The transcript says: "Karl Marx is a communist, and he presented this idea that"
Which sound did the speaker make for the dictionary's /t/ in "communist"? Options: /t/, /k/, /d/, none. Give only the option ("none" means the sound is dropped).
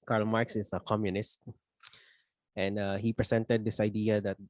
/t/